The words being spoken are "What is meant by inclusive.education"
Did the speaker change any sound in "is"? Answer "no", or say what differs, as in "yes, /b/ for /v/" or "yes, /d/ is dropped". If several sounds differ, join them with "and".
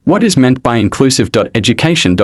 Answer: no